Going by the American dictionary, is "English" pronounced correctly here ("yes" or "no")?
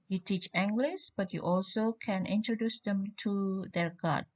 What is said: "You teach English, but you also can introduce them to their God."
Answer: no